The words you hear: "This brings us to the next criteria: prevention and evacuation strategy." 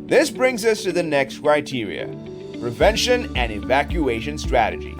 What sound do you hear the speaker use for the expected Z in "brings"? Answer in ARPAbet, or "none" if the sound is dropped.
Z